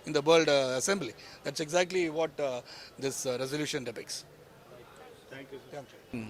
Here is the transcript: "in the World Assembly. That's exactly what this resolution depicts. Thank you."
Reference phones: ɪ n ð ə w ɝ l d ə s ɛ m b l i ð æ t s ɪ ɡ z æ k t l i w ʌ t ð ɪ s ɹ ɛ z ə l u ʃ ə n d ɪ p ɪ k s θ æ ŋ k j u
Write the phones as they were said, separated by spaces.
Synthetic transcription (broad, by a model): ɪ n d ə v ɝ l d ə s ɛ m b l i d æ t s ɪ ɡ z æ k t l i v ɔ t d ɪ s ɹ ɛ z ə l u ʃ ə n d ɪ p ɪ k s t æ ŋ k j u